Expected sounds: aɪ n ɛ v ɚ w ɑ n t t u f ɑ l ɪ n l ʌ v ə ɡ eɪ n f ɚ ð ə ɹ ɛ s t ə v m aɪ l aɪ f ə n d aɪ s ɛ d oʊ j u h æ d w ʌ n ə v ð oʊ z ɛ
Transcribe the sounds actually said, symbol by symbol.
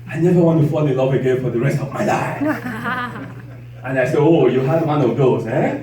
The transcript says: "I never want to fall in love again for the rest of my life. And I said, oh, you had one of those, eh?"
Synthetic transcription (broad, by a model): aɪ n ɛ v ɚ w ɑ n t t u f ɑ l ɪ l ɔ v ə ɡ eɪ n f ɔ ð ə ɹ ɛ s t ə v m aɪ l aɪ ə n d aɪ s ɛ oʊ j u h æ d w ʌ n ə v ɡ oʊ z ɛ